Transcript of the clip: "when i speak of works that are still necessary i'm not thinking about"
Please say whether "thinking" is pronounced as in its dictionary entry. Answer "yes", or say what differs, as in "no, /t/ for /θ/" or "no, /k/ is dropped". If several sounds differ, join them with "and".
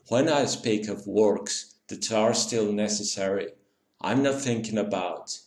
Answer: yes